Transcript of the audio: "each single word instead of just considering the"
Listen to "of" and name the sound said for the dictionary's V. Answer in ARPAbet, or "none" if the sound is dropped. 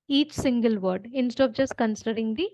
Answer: P